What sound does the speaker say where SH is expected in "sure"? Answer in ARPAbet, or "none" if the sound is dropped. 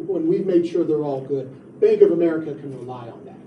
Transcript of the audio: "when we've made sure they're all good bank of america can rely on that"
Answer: SH